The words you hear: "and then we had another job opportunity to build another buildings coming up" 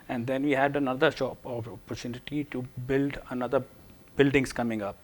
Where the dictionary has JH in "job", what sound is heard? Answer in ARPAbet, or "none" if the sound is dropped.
SH